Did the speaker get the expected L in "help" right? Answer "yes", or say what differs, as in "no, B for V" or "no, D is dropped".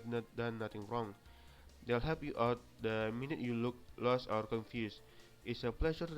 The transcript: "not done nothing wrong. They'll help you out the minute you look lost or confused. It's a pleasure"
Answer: no, L is dropped